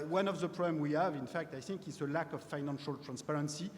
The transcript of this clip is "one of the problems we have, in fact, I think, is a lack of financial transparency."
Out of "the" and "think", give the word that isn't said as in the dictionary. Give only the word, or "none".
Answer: none